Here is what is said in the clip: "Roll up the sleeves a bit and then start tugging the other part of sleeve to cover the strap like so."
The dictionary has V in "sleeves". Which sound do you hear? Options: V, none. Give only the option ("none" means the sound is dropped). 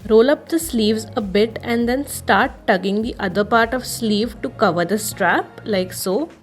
V